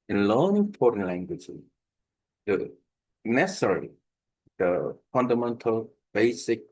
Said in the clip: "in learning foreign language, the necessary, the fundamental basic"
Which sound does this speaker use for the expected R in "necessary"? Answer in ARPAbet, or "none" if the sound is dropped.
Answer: L